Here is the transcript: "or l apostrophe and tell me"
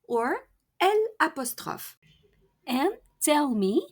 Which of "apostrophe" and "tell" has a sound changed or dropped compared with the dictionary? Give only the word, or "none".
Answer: none